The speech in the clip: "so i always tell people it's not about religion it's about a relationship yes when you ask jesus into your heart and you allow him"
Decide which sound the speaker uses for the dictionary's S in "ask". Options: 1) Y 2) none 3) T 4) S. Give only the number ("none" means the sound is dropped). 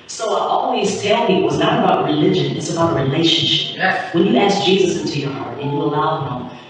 4